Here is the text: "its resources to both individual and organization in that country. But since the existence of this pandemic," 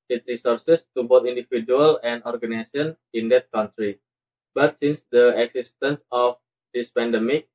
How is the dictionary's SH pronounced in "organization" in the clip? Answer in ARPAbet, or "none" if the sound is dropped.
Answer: none